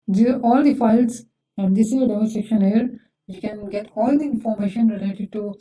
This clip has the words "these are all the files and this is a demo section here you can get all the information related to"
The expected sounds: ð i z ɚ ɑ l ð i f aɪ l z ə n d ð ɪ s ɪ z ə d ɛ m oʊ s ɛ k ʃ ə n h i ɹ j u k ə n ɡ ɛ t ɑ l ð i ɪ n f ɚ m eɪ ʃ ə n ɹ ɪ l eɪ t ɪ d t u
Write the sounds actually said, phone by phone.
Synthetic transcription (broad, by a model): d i ɑ l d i f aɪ l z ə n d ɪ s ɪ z ə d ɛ oʊ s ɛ k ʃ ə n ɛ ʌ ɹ j u k ə n ɡ ɛ t ɑ l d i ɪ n f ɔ m eɪ ʃ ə n ɹ ɪ l eɪ t ɪ d t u